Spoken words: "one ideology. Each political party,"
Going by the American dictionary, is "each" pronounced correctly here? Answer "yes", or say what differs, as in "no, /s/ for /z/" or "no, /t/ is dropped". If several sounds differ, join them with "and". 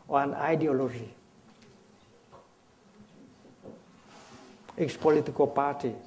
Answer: no, /s/ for /tʃ/